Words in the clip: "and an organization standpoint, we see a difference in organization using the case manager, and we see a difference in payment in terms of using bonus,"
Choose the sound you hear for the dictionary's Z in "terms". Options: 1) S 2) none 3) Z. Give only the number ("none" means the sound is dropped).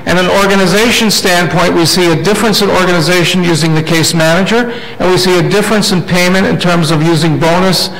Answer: 3